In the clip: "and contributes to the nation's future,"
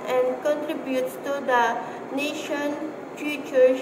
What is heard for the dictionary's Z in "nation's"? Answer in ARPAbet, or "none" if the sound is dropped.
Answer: none